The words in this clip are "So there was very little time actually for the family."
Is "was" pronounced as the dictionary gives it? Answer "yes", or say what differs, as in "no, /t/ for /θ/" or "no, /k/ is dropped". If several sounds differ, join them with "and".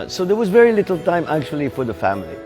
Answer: yes